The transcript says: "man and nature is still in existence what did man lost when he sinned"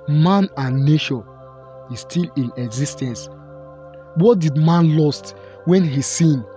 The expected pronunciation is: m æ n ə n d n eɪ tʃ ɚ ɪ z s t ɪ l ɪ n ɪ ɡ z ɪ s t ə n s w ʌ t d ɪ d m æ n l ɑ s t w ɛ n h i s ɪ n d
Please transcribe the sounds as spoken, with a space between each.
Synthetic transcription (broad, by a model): m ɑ n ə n n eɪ ʃ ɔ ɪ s t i l ɪ n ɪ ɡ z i s t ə n s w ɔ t d ɪ d m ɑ n l ɑ s t w ɛ n h i s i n